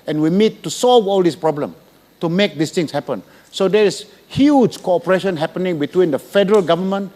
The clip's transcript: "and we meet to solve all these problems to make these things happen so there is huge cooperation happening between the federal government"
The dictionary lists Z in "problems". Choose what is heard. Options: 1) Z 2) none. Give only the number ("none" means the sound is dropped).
2